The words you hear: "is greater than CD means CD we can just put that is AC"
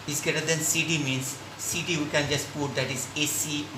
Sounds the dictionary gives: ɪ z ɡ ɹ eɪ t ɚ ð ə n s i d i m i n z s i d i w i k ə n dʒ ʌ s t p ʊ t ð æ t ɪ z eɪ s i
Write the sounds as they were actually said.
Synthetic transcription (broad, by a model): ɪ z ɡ eɪ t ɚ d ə n s i d i m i n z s i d i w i k ə n dʒ ʌ s t p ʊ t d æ t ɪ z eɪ s i